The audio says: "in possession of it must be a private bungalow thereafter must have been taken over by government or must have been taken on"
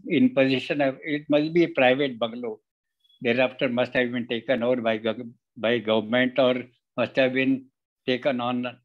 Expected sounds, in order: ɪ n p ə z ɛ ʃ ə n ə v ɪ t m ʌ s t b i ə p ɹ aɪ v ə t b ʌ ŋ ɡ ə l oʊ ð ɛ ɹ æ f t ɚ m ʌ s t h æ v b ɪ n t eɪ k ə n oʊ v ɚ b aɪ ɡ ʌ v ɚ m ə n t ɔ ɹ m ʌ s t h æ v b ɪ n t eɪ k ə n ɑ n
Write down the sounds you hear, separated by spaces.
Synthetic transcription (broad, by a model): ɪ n p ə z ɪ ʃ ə n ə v ɪ t m ʌ s t b i ə p ɹ aɪ v ə t b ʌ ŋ ɡ l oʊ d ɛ ɹ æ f t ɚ m ʌ s t h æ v b ɪ n t eɪ k ə n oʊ b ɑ b aɪ ɡ ʌ v ɚ m ə n t ɔ ɹ m ʌ s t h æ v b ɪ n t eɪ k ə n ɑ n